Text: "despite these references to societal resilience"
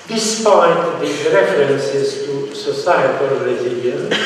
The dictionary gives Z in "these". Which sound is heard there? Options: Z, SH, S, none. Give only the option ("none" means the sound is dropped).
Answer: none